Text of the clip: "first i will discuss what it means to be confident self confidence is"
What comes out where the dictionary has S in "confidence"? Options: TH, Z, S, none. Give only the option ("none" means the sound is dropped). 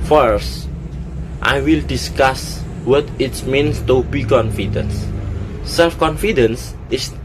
S